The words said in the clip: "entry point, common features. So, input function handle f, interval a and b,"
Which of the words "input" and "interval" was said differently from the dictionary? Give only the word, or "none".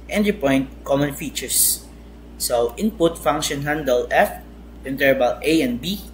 interval